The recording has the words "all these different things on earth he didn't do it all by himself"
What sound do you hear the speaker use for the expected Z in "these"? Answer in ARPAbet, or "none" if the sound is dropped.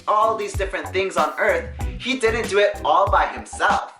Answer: Z